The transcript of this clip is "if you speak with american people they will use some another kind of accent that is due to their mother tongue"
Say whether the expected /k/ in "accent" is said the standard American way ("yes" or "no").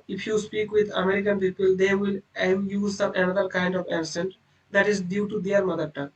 no